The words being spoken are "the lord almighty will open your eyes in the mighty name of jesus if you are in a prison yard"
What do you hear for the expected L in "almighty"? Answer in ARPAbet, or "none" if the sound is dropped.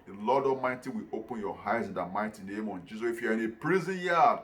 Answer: none